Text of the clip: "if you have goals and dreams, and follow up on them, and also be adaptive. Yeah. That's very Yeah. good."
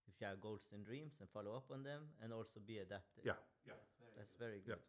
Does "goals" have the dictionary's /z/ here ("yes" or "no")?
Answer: no